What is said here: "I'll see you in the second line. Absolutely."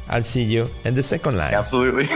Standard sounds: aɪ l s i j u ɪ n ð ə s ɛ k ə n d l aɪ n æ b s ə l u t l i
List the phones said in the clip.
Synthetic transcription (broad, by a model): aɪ l s i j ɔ ɪ n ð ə s ɛ k ə n d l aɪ æ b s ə l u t l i